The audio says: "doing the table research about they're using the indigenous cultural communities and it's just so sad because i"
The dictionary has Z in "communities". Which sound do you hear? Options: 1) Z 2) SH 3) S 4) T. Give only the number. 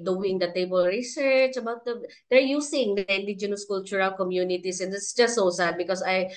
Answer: 3